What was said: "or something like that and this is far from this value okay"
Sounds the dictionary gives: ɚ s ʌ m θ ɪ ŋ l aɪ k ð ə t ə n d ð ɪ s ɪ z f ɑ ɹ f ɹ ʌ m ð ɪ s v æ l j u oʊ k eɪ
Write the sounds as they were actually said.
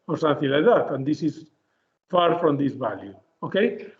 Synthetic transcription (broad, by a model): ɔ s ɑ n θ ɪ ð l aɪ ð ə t ə n d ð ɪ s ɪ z f ɑ ɹ f ɹ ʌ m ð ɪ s b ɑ l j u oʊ k eɪ